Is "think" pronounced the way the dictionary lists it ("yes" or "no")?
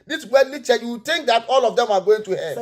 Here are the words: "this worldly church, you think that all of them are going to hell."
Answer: no